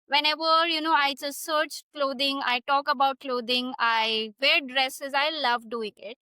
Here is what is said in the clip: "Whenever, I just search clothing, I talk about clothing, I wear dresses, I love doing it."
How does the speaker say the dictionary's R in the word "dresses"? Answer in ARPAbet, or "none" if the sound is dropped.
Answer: R